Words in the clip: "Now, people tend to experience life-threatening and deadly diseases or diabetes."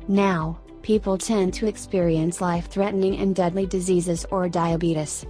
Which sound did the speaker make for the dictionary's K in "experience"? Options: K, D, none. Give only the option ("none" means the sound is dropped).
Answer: K